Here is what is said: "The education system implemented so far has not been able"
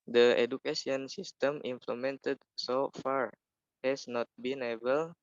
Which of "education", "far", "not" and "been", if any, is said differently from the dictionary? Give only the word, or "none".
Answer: education